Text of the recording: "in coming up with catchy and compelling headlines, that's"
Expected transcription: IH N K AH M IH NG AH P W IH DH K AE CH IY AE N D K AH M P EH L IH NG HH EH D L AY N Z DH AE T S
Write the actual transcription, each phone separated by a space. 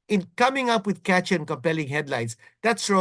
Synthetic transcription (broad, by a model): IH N K AH M IH NG AH P W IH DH K AE CH IY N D K AH M P EH L IH NG HH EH D L AY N S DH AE T S